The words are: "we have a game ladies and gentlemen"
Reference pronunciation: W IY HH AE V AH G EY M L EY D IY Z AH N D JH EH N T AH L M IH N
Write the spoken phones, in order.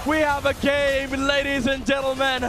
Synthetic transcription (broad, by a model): W IY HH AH V AH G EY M L EY D IY Z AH N JH EH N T L M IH N